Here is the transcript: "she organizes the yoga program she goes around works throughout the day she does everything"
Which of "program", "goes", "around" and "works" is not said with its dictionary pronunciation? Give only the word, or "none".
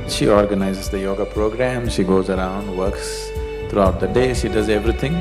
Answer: none